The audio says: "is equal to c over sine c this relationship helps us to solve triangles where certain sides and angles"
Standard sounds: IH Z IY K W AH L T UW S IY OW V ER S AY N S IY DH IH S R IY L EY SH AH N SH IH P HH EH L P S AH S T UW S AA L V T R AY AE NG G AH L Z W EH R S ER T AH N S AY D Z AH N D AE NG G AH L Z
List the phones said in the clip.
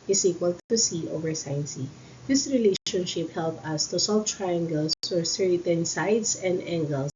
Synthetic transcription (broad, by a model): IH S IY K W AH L T UW S IY OW V ER S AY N S IY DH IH S R IY L EY SH AH N SH IH P HH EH L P AH S T UW S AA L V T R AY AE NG G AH L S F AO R S ER T AH N S AY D S AH N D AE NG G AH L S